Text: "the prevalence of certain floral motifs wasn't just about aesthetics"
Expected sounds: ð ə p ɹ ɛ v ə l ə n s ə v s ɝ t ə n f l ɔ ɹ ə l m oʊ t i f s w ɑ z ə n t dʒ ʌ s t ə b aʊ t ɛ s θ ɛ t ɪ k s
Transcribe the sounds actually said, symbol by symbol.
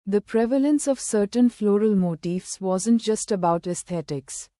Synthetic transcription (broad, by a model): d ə p ɹ ɛ v ə l ə n s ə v s ɝ t ə n f l ɔ ɹ ə l m oʊ t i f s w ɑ z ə n t dʒ ʌ s t ə b aʊ t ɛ s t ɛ t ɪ k s